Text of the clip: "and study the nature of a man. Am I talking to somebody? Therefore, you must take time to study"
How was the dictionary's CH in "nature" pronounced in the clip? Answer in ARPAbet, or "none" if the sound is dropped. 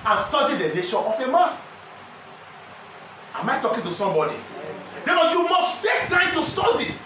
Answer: SH